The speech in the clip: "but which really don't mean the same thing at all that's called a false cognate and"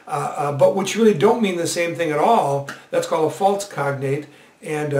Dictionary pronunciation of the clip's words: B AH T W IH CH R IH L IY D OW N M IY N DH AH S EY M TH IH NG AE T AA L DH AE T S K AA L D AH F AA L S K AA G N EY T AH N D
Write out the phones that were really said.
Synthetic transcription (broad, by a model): B AH T W IH CH R IH L IY D OW N M IY N DH AH S EY M TH IH NG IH T AA L DH AE T S K AA L D AH F AA L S K AA G N EY T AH N